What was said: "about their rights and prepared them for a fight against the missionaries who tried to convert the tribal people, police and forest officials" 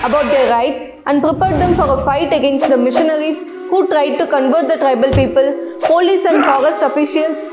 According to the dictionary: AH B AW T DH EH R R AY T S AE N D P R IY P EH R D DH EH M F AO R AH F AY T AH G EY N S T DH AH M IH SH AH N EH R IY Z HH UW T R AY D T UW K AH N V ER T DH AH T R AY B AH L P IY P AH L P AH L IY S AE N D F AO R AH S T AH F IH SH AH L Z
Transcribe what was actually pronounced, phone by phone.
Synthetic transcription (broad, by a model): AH B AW T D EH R R AY T S AE N D P R IY P EH R D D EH M F AO R AH F AY T AH G EY N S T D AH M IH SH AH N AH R IY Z HH UW T R AY D T UW K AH N V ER T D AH T R AY B AH L P IY P AH L P AH L IY S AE N D F AO R AH S T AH F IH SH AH L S